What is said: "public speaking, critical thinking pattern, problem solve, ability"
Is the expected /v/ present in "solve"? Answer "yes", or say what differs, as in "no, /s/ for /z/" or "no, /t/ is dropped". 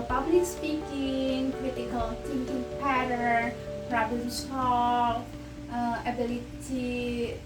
no, /v/ is dropped